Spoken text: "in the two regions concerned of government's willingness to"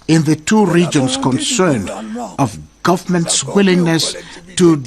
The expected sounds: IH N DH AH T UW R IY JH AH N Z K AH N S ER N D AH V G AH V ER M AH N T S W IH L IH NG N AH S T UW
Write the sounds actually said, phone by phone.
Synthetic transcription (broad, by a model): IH N DH AH T UW R IY JH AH N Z K AH N S ER N D AH V G AH V ER M AH N T S W IH L IH NG N AH S T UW